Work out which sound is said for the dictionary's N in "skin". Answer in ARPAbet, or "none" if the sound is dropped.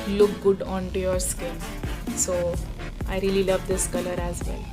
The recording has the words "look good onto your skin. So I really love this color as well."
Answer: L